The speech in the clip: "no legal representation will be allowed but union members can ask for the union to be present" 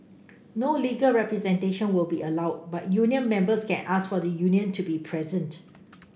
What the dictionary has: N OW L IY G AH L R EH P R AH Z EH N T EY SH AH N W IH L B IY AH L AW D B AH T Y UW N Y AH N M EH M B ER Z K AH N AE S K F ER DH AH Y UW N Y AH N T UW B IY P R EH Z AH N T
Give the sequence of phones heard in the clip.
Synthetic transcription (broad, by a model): N OW L IY G AH L R EH P R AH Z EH N T EY SH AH N W IH L B IY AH L AW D B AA T Y UW N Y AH N M EH M B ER S K AH N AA S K F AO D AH Y UW N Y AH N T UW B IY P R EH Z AH N T